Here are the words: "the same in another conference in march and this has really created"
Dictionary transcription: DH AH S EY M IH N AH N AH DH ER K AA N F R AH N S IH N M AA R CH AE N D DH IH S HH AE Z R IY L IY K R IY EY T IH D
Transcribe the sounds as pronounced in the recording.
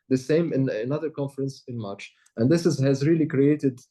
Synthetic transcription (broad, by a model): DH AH S EY M IH N AH N AH DH ER K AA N F R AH N S IH N M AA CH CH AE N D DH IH S HH AE Z R IY L IY K R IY EY T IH D